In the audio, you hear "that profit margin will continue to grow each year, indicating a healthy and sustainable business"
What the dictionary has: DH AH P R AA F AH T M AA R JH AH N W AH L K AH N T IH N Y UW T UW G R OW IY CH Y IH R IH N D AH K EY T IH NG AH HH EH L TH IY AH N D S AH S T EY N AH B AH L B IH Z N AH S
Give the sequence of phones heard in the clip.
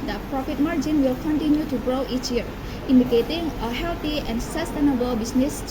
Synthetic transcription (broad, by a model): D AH P R AA F AH T M AA R JH AH N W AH L K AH N T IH N Y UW T UW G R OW IY CH Y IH R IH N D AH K EY T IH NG AH HH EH L T IY AH N D S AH S T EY N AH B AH L B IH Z N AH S